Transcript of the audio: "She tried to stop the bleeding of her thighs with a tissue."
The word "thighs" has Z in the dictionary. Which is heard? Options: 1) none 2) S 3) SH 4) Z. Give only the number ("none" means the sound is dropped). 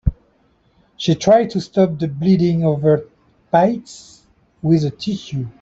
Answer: 2